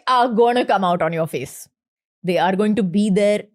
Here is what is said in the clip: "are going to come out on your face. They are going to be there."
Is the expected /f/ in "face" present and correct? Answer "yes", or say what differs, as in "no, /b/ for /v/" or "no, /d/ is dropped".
yes